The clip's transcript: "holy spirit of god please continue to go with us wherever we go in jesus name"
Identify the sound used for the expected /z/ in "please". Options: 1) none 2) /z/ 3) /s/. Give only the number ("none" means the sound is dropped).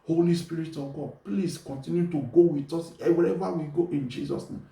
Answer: 3